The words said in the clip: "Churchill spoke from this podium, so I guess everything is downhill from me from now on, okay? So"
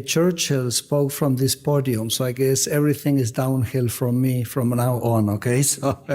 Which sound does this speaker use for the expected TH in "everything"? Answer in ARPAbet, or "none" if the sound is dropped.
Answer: TH